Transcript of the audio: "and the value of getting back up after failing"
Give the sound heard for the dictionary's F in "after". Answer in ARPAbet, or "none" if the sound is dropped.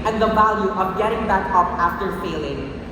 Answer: F